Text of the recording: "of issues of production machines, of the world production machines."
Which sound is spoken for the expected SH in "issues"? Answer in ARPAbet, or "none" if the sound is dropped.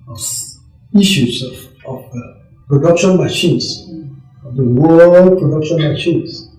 S